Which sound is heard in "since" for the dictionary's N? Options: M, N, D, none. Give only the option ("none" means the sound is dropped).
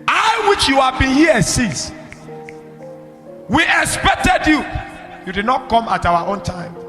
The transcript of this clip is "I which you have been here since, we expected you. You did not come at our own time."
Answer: none